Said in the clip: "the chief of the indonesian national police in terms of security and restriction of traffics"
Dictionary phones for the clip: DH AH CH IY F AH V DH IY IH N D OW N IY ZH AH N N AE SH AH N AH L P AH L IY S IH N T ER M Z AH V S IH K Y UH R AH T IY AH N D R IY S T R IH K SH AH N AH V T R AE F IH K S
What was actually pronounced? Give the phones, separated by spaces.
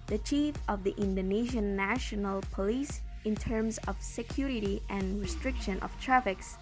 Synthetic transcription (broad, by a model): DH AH CH IY F AH V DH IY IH N D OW N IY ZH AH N N AE SH AH N AH L P AH L IY S IH N T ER M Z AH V S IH K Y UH R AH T IY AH N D R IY S T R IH K SH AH N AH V T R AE F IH K S